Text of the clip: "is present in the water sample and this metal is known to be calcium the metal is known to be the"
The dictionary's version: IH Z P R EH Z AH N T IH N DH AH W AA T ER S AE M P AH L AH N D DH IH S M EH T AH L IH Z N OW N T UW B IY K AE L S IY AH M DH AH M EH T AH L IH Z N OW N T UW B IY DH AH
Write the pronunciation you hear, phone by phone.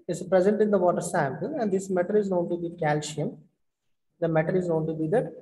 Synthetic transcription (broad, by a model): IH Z P R EH Z AH N T IH N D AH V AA T ER S AE M P AH L AH N D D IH S M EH T AH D IH Z N OW N T UW B IY K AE L SH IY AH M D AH M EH T AH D IH Z N OW N T UW B IY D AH